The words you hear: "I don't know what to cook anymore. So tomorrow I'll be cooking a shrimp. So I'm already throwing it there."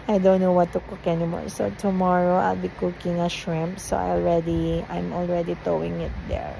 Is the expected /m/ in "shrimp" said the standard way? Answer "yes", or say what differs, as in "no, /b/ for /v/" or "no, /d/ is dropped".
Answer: yes